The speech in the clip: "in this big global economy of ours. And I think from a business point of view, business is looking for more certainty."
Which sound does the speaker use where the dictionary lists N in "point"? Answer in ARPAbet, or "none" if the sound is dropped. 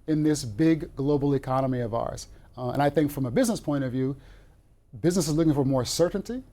none